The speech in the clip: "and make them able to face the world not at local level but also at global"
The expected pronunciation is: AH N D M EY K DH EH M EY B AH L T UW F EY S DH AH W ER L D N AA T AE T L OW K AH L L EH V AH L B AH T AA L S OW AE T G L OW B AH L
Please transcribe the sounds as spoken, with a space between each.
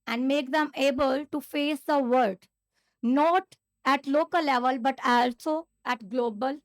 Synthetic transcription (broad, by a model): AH N D M EY K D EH M EY B AH L T UW F EY S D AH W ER D N AA T AE T L OW K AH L L EH V AH L B AH T AA L S OW AE T G L OW B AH L